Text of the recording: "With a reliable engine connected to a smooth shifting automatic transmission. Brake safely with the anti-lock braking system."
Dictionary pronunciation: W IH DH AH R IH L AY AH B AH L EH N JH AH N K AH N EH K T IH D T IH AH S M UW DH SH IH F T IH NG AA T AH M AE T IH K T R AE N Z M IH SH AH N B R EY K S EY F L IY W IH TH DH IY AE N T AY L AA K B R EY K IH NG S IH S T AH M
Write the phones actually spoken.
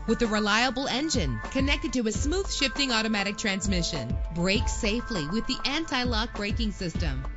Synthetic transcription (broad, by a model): W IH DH AH R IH L AY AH B L EH N JH AH N K AH N EH K T IH D T IH AH S M UW DH SH IH F T IH NG AA T AH M AE T IH K T R AE N Z M IH SH AH N B R EY K S EY F L IY W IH DH IY AE N T AY L AA K B R EY K IH NG S IH S T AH M